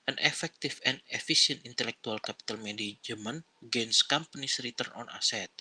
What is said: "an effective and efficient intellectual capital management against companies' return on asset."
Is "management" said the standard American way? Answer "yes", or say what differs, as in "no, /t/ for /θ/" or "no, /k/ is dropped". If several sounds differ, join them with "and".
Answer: no, /t/ is dropped